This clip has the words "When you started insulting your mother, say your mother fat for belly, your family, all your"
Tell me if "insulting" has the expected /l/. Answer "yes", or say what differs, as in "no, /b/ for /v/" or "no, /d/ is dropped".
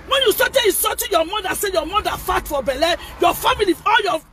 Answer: no, /l/ is dropped